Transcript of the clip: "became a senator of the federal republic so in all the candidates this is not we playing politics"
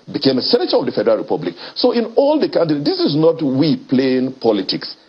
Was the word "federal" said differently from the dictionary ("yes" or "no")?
no